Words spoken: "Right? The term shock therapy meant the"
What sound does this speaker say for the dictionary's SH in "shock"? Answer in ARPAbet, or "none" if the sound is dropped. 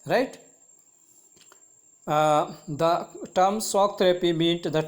S